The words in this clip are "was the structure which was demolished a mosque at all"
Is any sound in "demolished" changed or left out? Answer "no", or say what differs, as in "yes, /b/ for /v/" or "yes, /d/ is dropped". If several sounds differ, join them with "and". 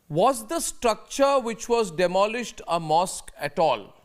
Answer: no